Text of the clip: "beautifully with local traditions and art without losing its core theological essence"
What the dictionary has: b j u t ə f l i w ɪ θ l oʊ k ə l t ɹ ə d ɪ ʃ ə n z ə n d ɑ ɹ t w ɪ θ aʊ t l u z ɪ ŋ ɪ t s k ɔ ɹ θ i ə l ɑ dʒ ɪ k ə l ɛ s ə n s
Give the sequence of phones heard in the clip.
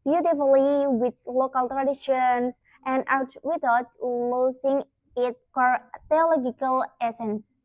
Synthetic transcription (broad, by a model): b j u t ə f l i w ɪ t l oʊ k ə l t ɹ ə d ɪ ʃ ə n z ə n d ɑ w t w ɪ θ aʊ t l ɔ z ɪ ŋ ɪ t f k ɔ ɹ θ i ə l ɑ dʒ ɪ k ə l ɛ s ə n s